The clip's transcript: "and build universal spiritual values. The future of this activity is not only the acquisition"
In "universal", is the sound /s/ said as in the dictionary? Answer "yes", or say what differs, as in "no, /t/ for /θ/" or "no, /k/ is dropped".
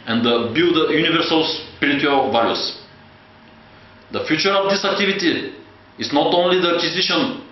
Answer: yes